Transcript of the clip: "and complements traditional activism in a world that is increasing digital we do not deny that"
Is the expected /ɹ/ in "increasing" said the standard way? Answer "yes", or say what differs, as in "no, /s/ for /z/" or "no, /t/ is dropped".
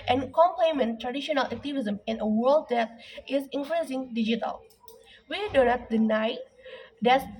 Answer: no, /l/ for /ɹ/